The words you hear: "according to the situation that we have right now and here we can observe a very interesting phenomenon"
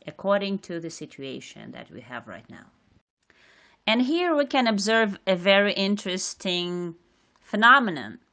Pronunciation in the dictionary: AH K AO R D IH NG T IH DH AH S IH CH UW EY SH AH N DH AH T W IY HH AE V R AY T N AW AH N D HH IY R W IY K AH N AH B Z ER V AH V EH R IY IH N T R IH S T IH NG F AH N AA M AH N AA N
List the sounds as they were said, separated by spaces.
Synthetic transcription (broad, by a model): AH K AO R D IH NG T IH DH AH S IH CH UW EY SH AH N DH AH T W IY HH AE V R AY T N AW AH N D HH IY R W IY K AH N AH B Z ER V AH V EH R IY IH N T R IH S T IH NG F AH N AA M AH N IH N